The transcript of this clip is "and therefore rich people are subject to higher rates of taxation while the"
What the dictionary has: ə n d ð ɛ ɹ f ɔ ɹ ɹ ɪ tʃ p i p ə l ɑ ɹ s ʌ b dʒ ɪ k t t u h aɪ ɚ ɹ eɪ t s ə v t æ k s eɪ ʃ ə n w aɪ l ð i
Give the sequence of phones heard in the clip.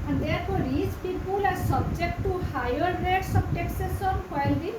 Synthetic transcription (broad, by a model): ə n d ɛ ɹ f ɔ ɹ ɹ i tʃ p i b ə l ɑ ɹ s ʌ b dʒ ɪ k t t u h aɪ ɚ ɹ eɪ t s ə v t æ k s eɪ s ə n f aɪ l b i